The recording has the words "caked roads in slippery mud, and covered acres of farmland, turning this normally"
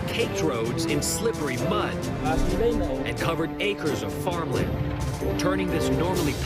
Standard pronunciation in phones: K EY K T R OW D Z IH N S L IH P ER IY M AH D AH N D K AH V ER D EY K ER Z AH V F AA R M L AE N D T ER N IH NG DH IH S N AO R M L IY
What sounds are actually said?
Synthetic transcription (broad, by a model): K EY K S R OW D Z IH N S L IH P ER IY M AH D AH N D K AH V ER D EY K ER Z AH V F AA R M L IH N T ER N IH NG DH IH S N AO R M L IY